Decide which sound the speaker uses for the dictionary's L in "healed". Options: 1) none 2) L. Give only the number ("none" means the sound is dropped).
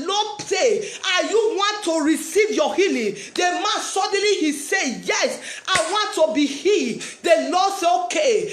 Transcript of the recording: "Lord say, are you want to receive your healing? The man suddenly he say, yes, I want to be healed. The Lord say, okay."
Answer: 1